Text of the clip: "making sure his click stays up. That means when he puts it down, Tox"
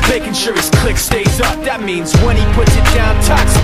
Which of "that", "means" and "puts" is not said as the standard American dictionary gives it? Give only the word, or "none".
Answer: none